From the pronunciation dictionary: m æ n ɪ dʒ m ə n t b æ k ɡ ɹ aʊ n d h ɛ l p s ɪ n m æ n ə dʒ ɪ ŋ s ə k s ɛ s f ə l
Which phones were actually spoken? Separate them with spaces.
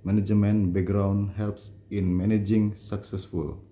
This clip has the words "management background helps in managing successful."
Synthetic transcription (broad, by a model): m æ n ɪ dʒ m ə n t b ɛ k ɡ ɹ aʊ n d h ɛ l p s ɪ n m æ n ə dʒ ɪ ŋ s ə k s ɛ s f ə l